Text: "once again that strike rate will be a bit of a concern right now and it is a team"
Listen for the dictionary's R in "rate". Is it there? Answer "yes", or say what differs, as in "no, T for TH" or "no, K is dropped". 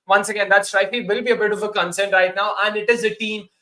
no, L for R